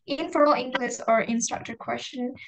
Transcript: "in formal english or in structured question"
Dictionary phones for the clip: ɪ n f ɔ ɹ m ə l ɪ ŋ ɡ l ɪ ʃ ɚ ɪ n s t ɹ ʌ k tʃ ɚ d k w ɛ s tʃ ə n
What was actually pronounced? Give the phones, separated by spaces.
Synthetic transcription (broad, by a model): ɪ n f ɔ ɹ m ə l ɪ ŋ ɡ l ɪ s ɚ ɪ n s t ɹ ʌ k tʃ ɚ k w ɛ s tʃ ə n